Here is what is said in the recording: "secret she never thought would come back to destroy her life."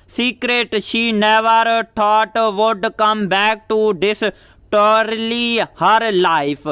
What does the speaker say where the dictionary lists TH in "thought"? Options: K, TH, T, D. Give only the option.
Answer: T